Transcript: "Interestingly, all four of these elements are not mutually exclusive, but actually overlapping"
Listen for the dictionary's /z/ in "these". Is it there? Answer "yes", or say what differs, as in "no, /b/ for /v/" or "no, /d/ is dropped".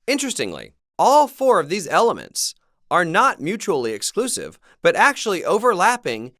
yes